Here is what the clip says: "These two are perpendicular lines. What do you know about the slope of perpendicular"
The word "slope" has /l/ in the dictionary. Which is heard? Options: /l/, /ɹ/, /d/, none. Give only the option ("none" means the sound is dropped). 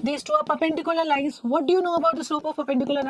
none